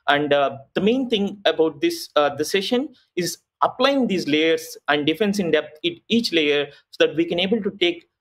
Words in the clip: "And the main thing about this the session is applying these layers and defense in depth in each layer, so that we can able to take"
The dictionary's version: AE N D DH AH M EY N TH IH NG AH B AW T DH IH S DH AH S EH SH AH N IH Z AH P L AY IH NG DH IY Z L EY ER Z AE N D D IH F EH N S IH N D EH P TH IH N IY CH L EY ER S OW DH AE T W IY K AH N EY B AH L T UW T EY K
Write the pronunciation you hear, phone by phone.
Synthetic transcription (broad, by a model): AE N D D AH M EY N T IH NG AH B AW T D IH S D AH S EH SH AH N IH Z AH P L AY IH NG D IY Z L EY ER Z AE N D D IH F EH N S IH N D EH P T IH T IY CH L EY ER S OW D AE T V IY K AH N EY B AH L T UW T EY K